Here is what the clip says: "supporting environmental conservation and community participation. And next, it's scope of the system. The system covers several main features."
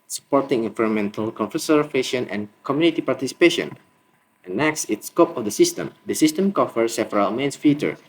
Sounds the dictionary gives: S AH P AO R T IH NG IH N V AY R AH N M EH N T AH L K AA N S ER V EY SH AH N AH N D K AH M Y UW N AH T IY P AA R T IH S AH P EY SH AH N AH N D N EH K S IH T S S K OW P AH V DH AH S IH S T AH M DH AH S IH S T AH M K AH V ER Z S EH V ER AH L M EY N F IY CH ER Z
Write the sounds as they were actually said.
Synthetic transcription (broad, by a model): S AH P AO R T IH NG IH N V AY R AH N M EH N T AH L K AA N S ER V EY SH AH N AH N K AH M Y UW N AH T IY P AA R T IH S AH P EY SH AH N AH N N EH K S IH T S S K OW P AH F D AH S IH S T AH M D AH S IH S T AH M K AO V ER S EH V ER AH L M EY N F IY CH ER